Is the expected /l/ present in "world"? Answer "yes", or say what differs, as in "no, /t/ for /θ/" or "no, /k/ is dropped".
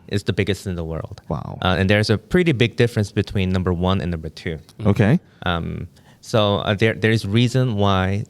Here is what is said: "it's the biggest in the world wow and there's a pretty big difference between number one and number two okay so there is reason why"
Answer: yes